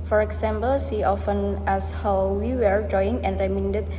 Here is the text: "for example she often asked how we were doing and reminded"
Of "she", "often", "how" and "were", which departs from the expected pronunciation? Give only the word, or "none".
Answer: she